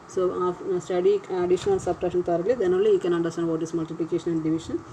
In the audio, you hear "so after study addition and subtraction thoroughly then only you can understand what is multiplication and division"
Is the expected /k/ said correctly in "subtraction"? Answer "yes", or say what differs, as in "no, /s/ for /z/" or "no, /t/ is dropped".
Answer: no, /k/ is dropped